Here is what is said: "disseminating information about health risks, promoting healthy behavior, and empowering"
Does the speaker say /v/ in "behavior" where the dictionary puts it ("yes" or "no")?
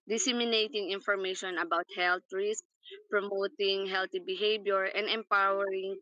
no